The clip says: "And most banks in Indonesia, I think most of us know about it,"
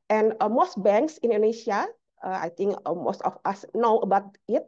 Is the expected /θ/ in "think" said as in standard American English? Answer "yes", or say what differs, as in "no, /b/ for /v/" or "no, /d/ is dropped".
no, /t/ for /θ/